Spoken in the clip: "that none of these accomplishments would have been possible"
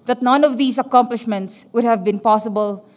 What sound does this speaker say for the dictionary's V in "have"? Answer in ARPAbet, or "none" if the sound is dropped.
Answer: V